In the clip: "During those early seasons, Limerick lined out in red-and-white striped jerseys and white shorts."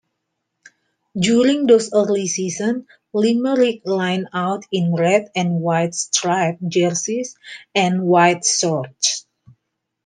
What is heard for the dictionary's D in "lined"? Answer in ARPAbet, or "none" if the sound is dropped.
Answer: none